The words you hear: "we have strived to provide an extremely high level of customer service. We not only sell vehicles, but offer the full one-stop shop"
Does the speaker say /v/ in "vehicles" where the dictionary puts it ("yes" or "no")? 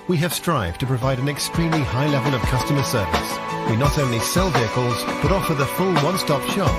yes